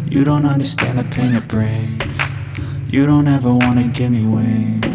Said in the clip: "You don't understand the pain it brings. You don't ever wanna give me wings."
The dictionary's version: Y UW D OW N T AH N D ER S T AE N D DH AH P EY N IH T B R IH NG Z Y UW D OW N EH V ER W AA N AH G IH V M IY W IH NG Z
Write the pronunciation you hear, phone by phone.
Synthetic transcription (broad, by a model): Y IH D OW N T AH N D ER S T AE N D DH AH P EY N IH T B R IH Z Y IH D OW N EH V ER W AA N AH G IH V M IY W IH